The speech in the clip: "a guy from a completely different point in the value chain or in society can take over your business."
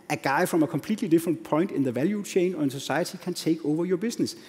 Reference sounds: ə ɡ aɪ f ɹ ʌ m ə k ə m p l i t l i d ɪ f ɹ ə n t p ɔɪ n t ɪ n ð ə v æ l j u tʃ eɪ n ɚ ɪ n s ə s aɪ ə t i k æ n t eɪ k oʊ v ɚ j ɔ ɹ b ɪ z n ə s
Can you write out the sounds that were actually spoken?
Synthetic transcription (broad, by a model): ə ɡ aɪ f ɹ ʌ m ə k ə m p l i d l i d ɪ f ɹ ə n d p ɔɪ n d ɪ n ð ə v æ l j u tʃ eɪ n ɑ ɪ n s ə s aɪ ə s i k æ n s eɪ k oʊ v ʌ j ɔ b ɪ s n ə s